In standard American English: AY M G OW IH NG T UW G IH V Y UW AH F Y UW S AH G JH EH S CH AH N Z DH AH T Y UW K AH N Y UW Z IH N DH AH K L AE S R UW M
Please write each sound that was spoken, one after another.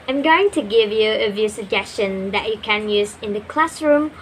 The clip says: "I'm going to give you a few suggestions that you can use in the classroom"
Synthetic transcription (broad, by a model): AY M G OW IH NG T UW G IH V Y UW AH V Y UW S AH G JH EH S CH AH N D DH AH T Y UW K AH N Y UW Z IH N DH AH K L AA S R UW M